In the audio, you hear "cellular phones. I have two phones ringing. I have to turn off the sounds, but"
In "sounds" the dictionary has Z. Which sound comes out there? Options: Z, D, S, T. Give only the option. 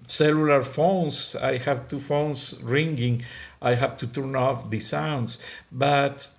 S